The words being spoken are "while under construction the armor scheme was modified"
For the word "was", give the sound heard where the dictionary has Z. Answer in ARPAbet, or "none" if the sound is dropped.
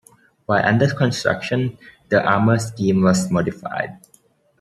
S